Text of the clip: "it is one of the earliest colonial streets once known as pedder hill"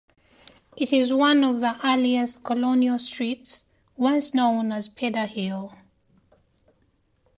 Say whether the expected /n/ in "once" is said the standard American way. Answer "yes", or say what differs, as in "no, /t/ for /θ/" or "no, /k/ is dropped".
no, /l/ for /n/